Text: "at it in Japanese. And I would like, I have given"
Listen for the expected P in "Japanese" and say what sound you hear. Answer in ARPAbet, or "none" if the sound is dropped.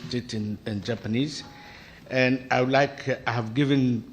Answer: P